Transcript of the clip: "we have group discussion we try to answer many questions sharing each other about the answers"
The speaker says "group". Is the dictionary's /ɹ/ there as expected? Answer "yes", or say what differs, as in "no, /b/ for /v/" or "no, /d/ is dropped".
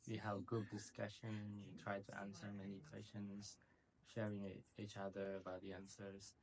no, /ɹ/ is dropped